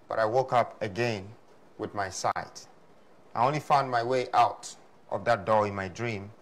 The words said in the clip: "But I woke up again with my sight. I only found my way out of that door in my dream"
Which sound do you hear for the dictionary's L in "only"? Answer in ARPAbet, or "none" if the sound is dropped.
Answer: L